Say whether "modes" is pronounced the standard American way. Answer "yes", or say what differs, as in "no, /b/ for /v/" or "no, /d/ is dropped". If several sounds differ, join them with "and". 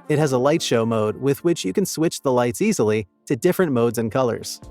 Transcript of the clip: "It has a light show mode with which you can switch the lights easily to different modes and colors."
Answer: yes